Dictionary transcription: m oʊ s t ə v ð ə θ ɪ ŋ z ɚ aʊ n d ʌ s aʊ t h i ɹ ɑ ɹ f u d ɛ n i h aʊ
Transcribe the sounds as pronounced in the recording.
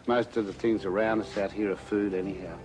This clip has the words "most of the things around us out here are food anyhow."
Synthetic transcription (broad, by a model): m oʊ s t ə v ð ə θ ɪ ŋ z ɚ aʊ n d ʌ s aʊ t h i ɹ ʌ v f u d ɛ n i h aʊ